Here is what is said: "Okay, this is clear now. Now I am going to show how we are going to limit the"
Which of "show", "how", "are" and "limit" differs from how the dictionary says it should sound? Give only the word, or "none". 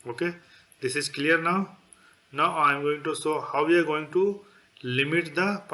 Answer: show